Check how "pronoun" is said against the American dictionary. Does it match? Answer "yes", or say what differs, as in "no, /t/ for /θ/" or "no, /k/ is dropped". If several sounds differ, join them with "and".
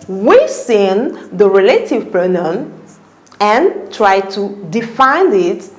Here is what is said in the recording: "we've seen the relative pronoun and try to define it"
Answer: no, /ɹ/ is dropped